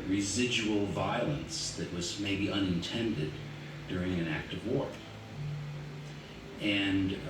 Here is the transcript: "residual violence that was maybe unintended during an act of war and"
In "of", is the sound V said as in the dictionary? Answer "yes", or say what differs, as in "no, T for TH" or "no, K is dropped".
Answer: yes